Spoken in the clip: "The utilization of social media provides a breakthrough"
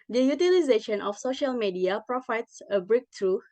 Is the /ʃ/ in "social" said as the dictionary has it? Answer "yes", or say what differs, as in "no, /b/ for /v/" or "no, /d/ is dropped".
yes